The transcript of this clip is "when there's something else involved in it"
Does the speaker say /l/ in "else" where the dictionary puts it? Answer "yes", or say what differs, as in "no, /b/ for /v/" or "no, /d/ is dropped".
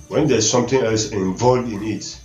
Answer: yes